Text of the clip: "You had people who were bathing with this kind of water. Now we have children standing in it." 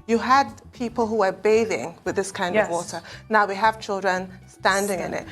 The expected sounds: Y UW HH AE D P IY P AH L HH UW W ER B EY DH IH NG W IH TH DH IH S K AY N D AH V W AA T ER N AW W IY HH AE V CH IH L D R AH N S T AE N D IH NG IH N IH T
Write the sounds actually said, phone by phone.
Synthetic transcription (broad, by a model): Y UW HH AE D P IY P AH L HH UW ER B EY DH IH NG W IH DH IH S K AY N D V W AA T ER N AW W IY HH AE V CH IH L D R AH N S T AE N D IH NG IH N IH T